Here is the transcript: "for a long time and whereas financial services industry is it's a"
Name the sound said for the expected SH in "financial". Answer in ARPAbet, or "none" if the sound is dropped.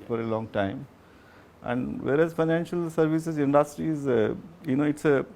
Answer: SH